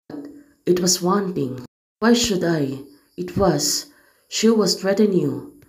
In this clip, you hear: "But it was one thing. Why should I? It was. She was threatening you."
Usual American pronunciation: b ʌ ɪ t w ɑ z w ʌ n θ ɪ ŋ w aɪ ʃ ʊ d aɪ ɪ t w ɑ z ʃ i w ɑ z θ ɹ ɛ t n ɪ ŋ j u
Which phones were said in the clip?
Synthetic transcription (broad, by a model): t ɪ t w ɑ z w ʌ n t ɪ ŋ w aɪ ʃ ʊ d aɪ ɪ t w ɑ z ʃ i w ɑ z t ɹ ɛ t ɪ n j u